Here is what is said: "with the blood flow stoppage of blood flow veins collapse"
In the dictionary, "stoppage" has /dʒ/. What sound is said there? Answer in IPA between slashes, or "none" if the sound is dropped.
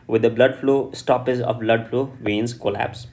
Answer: /z/